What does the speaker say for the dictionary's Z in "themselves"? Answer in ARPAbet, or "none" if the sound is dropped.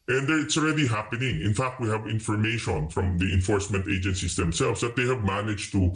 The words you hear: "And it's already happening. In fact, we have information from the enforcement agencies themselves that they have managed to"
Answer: S